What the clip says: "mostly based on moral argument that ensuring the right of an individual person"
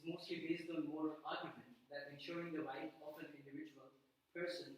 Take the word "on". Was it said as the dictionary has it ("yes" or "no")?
no